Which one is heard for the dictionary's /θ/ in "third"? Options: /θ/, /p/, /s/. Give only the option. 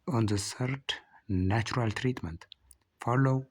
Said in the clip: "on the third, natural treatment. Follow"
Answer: /s/